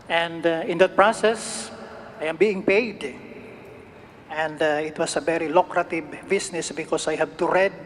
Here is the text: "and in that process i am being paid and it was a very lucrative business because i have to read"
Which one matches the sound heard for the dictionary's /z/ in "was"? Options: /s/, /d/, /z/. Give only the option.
/s/